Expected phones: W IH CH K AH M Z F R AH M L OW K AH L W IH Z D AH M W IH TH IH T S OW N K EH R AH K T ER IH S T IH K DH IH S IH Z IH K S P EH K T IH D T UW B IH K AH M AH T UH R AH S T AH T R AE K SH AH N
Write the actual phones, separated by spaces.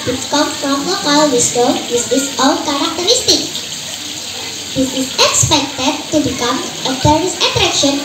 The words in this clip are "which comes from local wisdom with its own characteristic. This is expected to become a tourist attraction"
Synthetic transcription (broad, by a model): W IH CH K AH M F R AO M L OW K AH L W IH S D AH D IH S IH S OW L K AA R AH K T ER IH S T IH K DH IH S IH S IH K S P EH K T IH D T UW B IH K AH M AH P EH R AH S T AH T R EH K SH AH N